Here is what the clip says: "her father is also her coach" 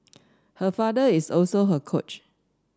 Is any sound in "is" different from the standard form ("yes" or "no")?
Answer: yes